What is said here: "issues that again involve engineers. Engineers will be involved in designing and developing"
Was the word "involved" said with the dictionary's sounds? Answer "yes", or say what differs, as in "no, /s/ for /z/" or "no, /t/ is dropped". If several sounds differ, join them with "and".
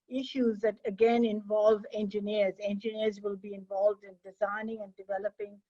yes